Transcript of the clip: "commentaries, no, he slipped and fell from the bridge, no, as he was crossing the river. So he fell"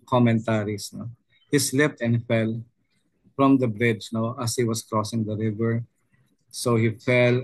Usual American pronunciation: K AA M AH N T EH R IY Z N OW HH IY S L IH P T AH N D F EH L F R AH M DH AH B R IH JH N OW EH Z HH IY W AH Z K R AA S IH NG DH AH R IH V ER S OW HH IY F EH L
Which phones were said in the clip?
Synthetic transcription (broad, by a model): K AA M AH N T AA R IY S N OW HH IY S L IH P T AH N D F EH L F R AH M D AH B R IH JH N OW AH S HH IY W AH S K R AA S IH NG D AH R IH V ER S OW HH IY F EH L